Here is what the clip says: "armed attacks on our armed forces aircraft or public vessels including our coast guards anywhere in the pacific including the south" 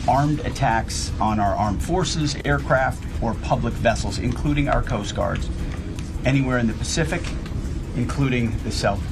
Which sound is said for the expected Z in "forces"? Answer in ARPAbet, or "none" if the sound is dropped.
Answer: Z